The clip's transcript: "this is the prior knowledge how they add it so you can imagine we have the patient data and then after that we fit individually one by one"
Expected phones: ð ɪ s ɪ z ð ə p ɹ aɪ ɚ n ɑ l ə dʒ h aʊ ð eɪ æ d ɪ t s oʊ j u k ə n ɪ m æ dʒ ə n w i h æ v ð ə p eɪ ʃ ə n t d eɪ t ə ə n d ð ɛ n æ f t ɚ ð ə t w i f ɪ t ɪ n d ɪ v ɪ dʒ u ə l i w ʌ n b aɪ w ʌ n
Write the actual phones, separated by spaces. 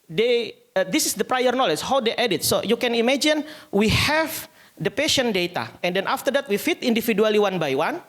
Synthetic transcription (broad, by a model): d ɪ s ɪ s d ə p ɹ aɪ ɚ n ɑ l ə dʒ h aʊ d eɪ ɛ d ɪ t s oʊ j u k ə n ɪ m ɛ dʒ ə n w i h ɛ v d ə p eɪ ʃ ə n d eɪ t ə ə n d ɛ n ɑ f t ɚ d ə t w i f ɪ t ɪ n d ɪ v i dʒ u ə l i w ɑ n b aɪ w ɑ n